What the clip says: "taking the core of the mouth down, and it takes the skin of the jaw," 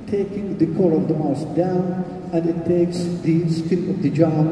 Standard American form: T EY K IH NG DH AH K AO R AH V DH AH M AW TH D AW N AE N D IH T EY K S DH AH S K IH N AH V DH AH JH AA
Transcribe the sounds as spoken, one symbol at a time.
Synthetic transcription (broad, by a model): T EY K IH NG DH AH K AO R AH V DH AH M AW S D AW N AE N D IH T EY K S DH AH S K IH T AH V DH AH JH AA